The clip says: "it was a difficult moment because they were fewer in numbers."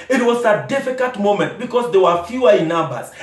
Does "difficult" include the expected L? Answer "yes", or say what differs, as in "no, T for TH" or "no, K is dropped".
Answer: no, L is dropped